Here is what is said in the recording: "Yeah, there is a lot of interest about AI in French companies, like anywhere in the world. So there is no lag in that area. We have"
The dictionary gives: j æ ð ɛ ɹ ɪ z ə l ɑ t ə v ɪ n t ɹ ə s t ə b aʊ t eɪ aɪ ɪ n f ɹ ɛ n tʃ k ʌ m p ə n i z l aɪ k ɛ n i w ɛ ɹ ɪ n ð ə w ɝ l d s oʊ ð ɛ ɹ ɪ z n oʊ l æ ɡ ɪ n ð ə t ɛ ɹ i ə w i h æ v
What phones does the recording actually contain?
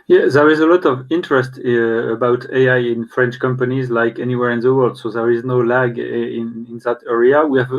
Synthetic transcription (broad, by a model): j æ ð ɛ ɹ ɪ z ə l ɑ t ə v ɪ n t ɹ ə s t ə b aʊ t eɪ aɪ ɪ n f ɹ ɛ n tʃ k ʌ m p ə n i z l aɪ k ɛ n i w ɛ ɹ ɪ n ð ə w ɝ l d s oʊ ð ɛ ɹ ɪ z n oʊ l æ ɡ ɪ n ð ə t ɛ ɹ i ə w i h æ v